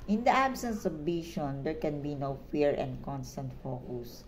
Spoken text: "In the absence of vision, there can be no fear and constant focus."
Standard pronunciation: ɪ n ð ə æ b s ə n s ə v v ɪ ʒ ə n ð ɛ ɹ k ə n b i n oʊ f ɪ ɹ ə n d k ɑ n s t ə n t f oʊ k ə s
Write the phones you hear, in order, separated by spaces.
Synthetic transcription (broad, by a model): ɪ n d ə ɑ b s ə n s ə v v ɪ ʃ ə n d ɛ ɹ k ə n b i n oʊ f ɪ ɹ ə n d k ɑ n s t ə n t f oʊ k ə s